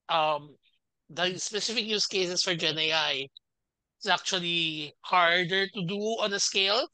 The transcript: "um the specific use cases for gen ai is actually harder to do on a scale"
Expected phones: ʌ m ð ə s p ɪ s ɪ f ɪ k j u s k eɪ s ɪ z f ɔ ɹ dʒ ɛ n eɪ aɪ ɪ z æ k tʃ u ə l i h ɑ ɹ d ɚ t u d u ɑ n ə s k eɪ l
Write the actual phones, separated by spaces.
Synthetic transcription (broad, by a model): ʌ m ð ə s p ɪ s ɪ f ɪ k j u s k eɪ s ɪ s f ɔ ɹ dʒ ɛ n eɪ aɪ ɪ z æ k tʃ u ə l i h ɑ ɹ d ɚ t u d u ɑ n ə s k eɪ l